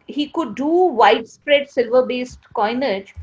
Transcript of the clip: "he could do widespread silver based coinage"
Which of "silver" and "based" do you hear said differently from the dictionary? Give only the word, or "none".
none